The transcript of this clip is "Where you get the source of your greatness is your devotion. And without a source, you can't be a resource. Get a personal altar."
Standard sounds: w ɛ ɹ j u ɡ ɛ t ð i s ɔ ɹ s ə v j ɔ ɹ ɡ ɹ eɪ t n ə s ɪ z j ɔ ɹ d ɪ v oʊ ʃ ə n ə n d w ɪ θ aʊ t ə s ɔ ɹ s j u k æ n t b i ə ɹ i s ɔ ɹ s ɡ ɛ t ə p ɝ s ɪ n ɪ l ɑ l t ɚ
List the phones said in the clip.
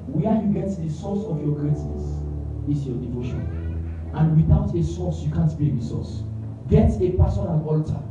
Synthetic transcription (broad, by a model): w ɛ j u ɡ ɛ t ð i s ɔ s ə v j ɔ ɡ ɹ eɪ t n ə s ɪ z j ɔ d ɪ v oʊ ʃ ə n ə n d w ɪ θ aʊ t ə s ɔ s j u k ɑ n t b i ə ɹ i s ɔ s ɡ ɛ t ə p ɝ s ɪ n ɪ n ɑ l t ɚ